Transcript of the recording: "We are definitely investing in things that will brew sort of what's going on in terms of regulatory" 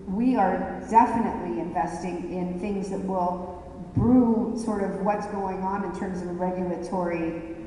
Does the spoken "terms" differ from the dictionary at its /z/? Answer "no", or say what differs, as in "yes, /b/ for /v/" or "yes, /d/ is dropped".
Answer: no